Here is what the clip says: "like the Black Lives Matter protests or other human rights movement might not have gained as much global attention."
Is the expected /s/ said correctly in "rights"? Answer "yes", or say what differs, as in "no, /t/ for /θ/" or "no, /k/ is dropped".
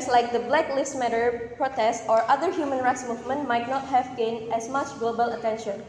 yes